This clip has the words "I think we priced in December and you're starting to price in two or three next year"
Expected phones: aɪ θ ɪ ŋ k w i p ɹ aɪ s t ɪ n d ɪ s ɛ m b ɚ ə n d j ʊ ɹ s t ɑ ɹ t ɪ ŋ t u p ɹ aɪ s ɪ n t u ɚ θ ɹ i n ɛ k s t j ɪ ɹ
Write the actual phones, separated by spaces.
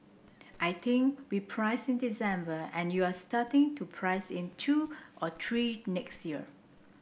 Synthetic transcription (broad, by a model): aɪ t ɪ ŋ k w i p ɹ aɪ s ɪ n d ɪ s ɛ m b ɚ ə n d j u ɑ s t ɑ t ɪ ŋ t u p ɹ aɪ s ɪ n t u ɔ t ɹ i n ɛ k s t j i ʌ